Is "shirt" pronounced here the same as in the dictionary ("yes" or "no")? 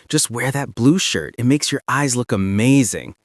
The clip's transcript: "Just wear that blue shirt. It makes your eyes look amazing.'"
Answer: yes